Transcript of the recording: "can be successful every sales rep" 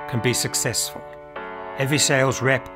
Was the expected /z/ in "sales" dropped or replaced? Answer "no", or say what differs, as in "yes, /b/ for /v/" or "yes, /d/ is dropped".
no